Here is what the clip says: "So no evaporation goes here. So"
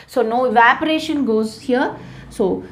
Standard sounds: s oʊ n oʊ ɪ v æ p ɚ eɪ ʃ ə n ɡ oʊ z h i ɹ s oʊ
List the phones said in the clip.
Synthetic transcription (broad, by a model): s oʊ n oʊ ɪ v æ p ɚ eɪ ʃ ə n ɡ oʊ z h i ɹ s oʊ